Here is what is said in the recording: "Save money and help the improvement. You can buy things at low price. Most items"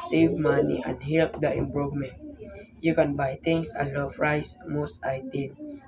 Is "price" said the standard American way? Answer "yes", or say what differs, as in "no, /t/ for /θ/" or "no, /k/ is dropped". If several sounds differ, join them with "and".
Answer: no, /f/ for /p/